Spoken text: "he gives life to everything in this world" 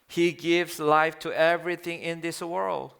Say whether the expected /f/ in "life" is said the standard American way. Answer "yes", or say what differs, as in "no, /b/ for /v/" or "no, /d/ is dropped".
yes